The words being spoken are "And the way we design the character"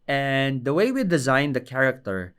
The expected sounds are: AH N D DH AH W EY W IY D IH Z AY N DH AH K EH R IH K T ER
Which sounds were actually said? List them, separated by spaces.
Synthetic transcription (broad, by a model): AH N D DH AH W EY W IY D IH Z AY N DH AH K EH R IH K T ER